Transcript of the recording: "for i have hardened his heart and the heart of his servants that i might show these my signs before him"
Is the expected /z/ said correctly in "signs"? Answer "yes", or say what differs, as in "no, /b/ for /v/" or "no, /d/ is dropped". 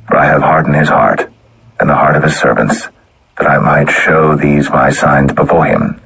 yes